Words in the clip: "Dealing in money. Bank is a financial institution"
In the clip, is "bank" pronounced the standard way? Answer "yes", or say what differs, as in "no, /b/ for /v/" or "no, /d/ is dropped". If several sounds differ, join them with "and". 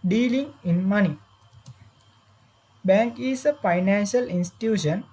yes